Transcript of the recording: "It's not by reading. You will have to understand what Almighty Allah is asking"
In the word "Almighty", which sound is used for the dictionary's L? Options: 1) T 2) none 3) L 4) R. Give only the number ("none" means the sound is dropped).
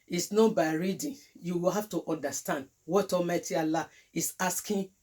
2